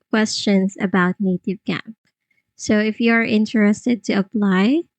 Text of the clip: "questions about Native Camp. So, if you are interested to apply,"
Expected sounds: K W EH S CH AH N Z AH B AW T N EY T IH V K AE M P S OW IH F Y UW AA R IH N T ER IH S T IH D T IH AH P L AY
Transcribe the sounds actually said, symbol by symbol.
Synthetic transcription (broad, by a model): K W EH S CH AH N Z AH B AW T N EY T IH V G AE P S OW IH F Y UW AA R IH N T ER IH S T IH D T IH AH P L AY